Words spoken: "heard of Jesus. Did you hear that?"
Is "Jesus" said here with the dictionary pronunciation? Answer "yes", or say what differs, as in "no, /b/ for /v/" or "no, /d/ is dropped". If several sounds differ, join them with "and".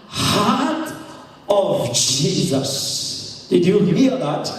yes